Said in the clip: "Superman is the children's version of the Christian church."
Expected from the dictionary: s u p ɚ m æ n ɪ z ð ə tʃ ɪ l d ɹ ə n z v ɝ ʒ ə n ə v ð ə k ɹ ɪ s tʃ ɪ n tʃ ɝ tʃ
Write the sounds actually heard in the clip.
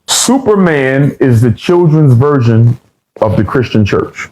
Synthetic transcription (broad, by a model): s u p ɚ m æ n ɪ z ð ə tʃ ɪ l d ɹ ə n z v ɝ ʒ ə n ə v ð ə k ɹ ɪ s tʃ ɪ n tʃ ɝ tʃ